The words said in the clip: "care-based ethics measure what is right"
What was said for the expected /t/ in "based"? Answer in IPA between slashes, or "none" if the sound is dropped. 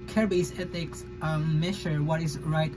none